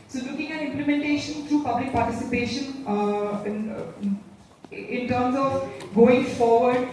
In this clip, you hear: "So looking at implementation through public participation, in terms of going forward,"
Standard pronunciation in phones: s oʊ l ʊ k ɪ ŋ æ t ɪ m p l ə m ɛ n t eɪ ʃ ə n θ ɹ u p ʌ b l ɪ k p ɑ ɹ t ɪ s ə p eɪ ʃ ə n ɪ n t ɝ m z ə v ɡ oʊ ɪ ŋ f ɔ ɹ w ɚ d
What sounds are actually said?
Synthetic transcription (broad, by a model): s oʊ l ʊ k ɪ ŋ æ t ɪ m p l ə m ɛ n t eɪ ʃ ə n t ɹ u p ʌ b l ɪ k p ɑ ɹ t ɪ s ə p eɪ ʃ ə n ɪ n t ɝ m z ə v ɡ oʊ ɪ ŋ f ɔ ɹ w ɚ d